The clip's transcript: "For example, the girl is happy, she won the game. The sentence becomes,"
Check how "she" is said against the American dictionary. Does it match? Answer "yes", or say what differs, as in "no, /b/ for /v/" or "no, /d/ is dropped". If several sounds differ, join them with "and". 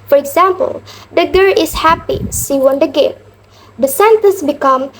no, /s/ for /ʃ/